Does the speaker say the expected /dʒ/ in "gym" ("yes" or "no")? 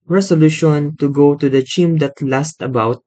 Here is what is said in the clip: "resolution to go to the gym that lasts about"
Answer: no